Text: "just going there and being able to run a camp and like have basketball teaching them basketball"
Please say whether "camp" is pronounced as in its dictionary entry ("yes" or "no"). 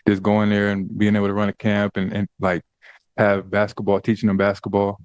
yes